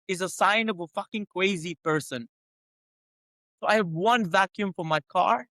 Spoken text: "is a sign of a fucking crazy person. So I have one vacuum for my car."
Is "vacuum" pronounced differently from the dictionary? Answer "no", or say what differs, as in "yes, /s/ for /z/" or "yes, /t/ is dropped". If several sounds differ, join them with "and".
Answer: no